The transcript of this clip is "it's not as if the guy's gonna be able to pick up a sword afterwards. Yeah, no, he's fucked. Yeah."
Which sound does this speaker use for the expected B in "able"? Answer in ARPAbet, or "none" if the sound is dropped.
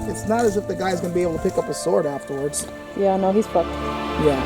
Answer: none